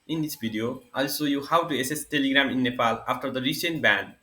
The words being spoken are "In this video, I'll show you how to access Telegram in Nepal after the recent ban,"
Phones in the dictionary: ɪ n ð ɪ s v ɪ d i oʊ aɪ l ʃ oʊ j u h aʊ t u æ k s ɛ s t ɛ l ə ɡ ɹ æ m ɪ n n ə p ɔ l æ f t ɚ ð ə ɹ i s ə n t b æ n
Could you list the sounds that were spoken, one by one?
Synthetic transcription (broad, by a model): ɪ n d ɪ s b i d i oʊ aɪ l s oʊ j u h aʊ t u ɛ s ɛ s t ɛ l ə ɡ ɹ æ m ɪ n n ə p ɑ l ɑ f t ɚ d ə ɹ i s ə n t b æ n